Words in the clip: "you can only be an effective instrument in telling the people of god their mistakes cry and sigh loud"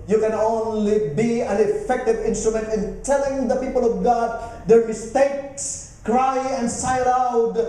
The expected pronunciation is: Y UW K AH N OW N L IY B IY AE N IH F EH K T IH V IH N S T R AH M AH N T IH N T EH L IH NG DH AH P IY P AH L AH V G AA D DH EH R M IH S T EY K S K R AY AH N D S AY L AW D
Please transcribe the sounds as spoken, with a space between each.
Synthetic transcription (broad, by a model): Y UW K AH N OW N L IY B IY AE N IH F EH K T IH V IH N S T R AH M AH N T IH N T EH L IH NG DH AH P IY P AH L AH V G AA D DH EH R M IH S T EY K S K R AY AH N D S AY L AW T